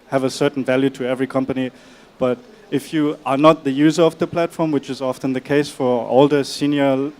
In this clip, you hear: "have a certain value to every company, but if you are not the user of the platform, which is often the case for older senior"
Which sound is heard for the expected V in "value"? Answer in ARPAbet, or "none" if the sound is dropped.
V